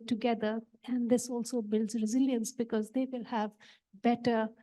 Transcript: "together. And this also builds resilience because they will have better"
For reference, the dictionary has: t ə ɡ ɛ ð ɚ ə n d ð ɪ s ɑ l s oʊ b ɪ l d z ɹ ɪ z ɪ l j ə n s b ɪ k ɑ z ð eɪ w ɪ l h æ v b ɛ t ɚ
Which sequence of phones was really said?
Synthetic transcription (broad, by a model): t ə ɡ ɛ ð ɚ ə n d ɪ s ɑ l s oʊ b ɪ l d z ɹ ɪ z ɪ l j ə n s b ɪ k ɑ z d eɪ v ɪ l h æ v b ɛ t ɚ